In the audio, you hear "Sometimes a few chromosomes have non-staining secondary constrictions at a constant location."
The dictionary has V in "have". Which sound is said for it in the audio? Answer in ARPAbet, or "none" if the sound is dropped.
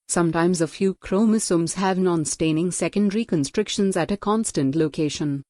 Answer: V